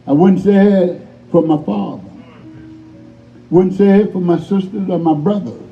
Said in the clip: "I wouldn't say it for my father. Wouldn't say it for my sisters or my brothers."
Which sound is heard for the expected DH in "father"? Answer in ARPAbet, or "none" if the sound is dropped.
DH